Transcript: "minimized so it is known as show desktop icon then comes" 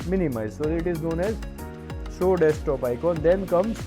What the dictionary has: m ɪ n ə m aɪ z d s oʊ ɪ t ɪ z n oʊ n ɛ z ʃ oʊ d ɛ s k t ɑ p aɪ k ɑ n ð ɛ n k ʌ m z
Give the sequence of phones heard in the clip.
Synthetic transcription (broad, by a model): m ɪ n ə m aɪ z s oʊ ɪ t ɪ z n oʊ n ɛ z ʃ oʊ d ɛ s t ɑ p aɪ k ɑ n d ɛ n k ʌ m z